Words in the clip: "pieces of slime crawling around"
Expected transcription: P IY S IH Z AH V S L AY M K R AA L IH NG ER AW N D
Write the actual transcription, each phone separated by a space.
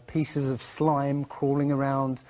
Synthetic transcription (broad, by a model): P IY S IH Z AH V S L AY M K R AA L IH NG ER AW N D